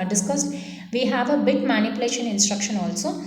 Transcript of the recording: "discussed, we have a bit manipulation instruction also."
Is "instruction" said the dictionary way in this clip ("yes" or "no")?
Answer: yes